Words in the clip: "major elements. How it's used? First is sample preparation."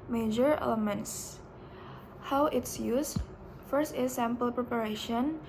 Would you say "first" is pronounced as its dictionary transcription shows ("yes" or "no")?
yes